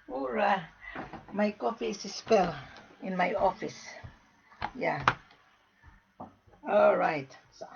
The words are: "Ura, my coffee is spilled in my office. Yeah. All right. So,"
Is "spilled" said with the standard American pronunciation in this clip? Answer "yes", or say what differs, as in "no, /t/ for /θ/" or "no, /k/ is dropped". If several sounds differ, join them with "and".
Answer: no, /d/ is dropped